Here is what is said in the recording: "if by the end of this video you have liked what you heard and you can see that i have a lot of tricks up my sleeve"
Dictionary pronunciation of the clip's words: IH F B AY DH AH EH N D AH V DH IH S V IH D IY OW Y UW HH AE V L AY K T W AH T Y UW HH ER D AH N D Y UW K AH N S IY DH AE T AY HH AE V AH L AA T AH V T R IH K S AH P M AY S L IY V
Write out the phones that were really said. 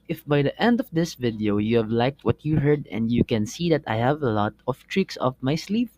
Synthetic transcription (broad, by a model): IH F B AY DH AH EH N D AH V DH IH S V IH D IY OW Y UW HH AE V L AY K T W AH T Y UW HH ER D AH N D Y UW K AH N S IY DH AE T AY HH AE V AH L AA T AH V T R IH K S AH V M AY S L IY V